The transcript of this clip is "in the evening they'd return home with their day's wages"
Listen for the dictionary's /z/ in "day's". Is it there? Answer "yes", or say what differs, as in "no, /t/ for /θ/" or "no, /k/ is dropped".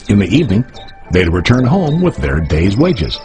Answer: yes